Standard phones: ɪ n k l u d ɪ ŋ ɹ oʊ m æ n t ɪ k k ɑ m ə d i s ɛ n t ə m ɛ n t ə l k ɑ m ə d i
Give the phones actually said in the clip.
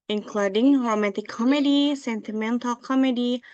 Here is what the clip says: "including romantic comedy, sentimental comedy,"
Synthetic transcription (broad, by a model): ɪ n k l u d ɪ ŋ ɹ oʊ m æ t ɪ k k ɑ m ə d i s ɛ n t ə m ɛ n t ə l k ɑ m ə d i